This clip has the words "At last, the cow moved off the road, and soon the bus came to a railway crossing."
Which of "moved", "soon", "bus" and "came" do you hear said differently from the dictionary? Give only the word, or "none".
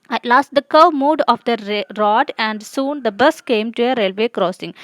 moved